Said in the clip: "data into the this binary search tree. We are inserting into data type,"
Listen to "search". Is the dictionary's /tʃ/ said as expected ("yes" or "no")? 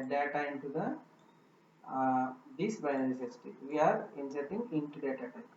no